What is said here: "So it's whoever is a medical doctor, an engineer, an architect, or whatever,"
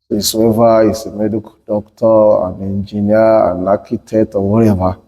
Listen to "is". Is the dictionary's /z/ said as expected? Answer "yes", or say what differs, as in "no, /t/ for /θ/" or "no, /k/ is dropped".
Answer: no, /s/ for /z/